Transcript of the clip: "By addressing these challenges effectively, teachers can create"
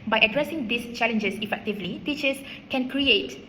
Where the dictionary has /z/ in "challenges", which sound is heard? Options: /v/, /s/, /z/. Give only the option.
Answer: /s/